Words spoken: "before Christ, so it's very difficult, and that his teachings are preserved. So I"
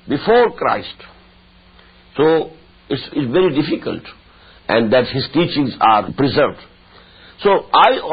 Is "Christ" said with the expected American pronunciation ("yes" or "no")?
yes